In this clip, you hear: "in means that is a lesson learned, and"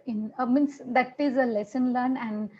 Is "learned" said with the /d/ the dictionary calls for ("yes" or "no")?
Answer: no